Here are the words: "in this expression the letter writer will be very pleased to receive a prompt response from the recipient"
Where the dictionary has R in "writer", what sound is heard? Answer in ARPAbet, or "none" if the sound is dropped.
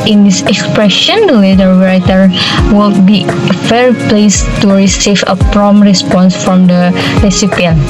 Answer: W